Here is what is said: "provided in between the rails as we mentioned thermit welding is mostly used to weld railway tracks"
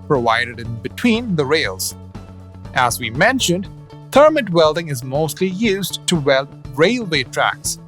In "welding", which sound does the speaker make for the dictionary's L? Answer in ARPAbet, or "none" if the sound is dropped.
L